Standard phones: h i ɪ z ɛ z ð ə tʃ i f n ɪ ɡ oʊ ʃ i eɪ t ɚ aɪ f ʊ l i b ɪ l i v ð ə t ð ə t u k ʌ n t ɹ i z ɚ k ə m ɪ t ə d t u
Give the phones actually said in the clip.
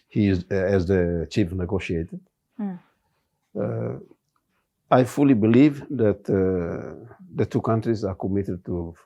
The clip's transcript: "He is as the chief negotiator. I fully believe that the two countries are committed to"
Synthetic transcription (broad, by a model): h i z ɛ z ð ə tʃ i f n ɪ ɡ oʊ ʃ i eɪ t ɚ aɪ f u l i b ɪ l i v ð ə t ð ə t u k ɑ n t ɹ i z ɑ k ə m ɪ t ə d t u